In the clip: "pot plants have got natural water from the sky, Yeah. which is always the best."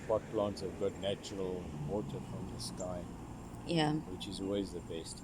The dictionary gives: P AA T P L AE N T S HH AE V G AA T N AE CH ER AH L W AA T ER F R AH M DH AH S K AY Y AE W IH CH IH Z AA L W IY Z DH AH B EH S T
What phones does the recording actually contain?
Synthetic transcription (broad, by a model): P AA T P L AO N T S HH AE V G AA T N AE CH ER AH L W AA T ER F R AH M DH AH S K AY Y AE W IH CH IH Z AA L W IY Z DH AH B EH S T